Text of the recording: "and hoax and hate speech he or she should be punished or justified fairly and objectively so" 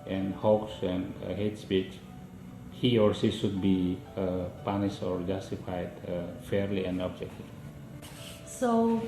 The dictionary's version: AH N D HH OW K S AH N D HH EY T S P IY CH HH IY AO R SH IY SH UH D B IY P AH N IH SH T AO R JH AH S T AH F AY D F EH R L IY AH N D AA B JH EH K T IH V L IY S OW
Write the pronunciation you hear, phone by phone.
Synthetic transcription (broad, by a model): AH N D HH OW K S AH N D HH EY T S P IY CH HH IY AO R S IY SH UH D B IY P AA N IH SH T AO R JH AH S T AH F AY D F EH R L IY AH N D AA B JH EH K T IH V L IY S OW